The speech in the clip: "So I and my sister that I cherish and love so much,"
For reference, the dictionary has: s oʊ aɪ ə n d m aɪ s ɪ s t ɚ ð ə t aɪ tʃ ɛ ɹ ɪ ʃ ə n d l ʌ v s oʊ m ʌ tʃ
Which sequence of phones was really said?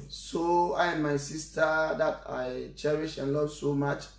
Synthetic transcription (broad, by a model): s oʊ aɪ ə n m aɪ s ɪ s t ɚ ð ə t aɪ tʃ ɛ ɹ ɪ ʃ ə n l ʌ v s oʊ m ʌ tʃ